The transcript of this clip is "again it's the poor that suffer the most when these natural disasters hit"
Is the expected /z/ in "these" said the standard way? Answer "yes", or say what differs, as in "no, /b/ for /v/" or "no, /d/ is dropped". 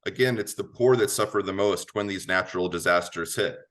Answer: yes